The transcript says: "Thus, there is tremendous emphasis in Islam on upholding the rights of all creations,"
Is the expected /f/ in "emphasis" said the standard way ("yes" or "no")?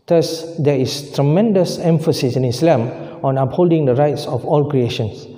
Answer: yes